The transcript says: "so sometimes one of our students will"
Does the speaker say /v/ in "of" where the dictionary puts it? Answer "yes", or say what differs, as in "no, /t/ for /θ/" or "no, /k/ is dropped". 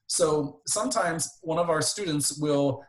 yes